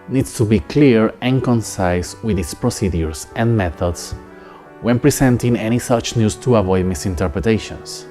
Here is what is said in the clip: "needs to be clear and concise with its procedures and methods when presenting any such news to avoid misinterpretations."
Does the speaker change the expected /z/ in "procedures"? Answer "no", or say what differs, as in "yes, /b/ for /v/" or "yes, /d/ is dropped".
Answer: yes, /s/ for /z/